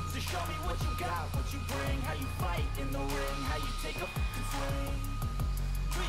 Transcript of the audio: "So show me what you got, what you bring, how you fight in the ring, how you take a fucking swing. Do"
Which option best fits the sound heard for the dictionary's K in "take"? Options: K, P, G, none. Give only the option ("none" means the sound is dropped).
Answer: none